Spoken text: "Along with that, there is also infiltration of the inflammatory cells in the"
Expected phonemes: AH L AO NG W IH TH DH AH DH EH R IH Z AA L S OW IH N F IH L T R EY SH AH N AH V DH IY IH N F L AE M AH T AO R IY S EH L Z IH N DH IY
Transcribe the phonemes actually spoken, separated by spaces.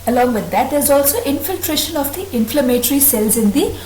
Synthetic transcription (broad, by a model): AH L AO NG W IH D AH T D IH Z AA L S OW IH N F IH L T R EY SH AH N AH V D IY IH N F L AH M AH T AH R IY S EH L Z IH N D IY